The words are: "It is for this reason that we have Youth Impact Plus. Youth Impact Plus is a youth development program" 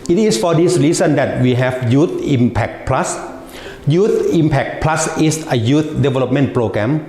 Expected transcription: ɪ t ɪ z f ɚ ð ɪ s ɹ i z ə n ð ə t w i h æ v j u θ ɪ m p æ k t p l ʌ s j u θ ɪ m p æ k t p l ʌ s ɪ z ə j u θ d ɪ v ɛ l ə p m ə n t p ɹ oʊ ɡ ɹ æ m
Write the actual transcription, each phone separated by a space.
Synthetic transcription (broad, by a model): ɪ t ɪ s f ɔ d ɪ s ɹ i s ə n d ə t w i h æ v j u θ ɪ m p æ k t p l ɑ s j u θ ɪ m p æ k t p l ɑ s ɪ s ə j u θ d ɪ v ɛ l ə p m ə n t p ɹ oʊ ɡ ɹ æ m